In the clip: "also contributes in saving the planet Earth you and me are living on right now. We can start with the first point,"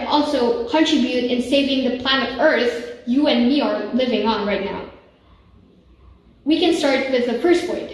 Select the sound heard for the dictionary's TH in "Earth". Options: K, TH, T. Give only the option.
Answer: TH